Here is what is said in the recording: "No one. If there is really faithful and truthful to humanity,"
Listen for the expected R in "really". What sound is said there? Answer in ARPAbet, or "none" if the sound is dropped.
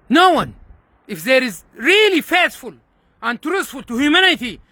R